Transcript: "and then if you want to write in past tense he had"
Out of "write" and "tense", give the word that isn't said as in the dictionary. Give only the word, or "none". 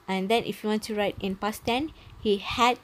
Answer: tense